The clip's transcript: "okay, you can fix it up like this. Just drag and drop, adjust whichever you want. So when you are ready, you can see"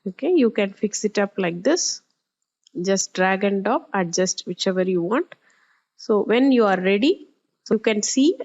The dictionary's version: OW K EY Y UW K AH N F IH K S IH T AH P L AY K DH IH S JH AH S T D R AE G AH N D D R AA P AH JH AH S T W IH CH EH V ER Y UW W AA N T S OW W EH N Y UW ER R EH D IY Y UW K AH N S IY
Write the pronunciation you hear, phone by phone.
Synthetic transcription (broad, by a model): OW K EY Y UW K AH N F IH K S IH T AH P L AY K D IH S JH AH S T D R AE G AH N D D AA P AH JH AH S T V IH CH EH V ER Y UW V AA N T S OW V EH N Y UW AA R EH D IY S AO K AH N S IY